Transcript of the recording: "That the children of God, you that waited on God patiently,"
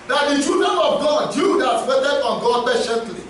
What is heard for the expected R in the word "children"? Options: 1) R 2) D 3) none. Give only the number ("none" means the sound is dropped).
3